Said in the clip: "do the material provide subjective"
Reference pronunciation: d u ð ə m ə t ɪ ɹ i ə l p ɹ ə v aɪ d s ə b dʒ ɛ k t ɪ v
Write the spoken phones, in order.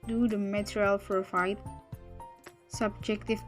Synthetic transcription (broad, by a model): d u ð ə m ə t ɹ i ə l f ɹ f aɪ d s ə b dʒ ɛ k t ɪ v